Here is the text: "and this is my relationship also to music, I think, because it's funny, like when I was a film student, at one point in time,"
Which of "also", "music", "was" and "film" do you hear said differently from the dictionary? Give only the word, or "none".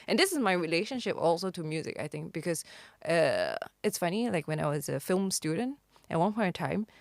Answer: none